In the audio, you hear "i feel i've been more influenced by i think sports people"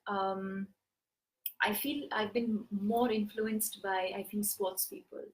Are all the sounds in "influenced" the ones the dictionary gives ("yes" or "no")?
yes